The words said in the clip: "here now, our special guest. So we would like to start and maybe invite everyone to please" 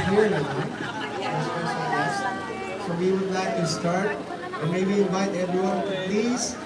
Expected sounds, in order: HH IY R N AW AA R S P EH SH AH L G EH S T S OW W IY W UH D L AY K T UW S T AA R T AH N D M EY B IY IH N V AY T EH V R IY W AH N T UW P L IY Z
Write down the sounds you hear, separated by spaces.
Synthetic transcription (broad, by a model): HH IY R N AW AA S EH S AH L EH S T S OW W IY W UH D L AY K T UW S T AA R T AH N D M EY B IY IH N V AY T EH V R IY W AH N T UW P L IY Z